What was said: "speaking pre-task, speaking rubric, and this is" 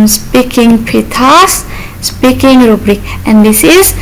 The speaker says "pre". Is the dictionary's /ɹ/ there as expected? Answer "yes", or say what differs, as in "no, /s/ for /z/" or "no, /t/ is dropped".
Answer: no, /ɹ/ is dropped